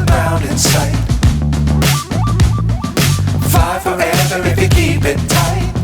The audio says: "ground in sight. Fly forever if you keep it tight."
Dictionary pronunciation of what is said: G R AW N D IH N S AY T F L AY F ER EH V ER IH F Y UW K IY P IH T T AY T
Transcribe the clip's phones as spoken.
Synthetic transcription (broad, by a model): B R AW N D IH N S AY T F AY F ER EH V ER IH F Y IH K IY P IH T T AY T